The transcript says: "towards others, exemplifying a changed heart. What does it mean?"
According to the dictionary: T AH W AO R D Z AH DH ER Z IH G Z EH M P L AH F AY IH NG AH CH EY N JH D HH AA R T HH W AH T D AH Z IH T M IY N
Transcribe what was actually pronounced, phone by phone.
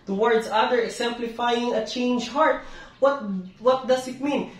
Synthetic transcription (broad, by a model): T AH W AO R D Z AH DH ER IH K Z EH M P L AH F AY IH NG AH CH EY N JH HH AA R T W W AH T D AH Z IH T M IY N